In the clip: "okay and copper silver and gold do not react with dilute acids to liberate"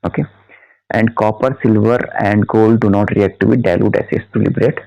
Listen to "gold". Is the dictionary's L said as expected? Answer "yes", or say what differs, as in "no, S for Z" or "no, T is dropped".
yes